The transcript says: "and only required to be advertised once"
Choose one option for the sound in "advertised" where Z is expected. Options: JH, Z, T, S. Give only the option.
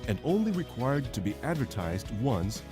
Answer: Z